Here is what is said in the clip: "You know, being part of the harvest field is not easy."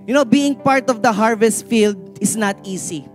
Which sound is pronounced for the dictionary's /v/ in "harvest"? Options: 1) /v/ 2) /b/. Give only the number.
1